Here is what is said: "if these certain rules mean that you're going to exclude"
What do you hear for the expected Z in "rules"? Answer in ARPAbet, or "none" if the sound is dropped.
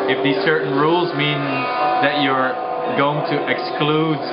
Z